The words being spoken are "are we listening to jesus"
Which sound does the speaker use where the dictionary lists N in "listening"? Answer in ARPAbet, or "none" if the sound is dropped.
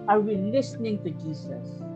N